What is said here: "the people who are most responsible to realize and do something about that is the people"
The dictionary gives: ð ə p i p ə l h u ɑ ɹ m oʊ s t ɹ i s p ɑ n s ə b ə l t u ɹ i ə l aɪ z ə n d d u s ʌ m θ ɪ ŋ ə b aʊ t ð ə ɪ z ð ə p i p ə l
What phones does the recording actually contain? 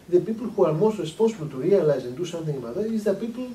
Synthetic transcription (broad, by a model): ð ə p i p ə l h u ɑ ɹ m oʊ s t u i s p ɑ s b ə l t u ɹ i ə l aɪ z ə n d d u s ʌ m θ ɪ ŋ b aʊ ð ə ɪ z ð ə p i p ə l